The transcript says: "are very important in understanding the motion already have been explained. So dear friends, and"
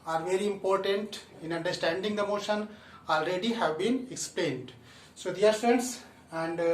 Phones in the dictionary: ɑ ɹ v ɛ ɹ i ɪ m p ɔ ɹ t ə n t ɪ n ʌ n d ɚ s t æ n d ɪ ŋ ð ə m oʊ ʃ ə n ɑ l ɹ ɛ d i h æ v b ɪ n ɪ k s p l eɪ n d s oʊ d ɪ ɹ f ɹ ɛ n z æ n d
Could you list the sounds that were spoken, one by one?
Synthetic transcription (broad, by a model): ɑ ɹ v ɛ ɹ i ɪ m p ɔ ɹ t ə n t ɪ n ʌ n d ɚ s t æ n d ɪ ŋ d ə m oʊ ʃ ə n ɑ l ɹ ɛ d i h æ v b ɪ n ɪ k s p l eɪ n d s oʊ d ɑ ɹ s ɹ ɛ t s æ n d